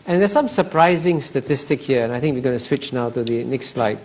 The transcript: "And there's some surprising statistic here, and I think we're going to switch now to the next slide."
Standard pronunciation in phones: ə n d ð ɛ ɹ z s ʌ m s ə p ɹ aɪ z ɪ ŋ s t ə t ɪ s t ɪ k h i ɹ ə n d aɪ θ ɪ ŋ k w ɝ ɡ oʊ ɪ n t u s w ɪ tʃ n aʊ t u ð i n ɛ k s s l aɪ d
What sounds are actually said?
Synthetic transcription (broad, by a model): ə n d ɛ s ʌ m s ə p ɹ aɪ z ɪ ŋ s t ə t ɪ s t ɪ k h i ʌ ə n aɪ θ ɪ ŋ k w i ɡ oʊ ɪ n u s w ɪ tʃ n aʊ t u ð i n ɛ k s s l aɪ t